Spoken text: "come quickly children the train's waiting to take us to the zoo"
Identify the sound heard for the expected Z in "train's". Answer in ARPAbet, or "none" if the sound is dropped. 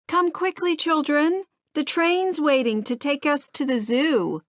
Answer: Z